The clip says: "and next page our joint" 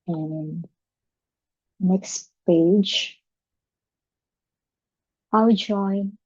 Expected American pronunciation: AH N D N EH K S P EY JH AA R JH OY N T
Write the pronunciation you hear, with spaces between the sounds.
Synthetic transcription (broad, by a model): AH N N N EH K S P EY JH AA W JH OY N